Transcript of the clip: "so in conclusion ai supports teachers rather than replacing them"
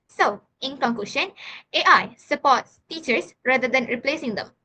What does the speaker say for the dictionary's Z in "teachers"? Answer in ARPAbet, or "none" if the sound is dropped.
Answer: S